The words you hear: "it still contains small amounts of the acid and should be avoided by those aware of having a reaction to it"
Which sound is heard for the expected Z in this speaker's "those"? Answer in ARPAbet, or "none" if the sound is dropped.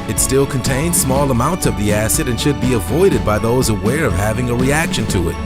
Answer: Z